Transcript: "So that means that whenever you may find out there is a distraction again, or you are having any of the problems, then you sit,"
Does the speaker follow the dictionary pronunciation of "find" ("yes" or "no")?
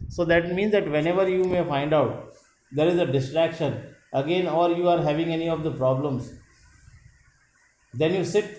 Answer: yes